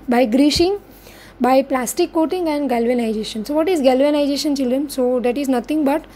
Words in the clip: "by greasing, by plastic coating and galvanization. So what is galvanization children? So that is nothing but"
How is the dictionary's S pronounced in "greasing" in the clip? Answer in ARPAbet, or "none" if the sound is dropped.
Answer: SH